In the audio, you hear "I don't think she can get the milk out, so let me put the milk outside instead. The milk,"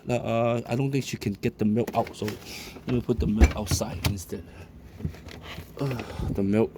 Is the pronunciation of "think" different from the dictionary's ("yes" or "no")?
yes